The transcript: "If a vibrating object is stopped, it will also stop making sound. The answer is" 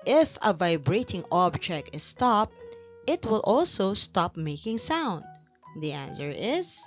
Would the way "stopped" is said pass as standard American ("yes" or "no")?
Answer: yes